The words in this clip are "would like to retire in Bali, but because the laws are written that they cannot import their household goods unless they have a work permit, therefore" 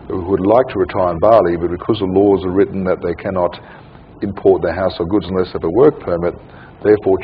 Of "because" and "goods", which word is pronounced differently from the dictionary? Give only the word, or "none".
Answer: none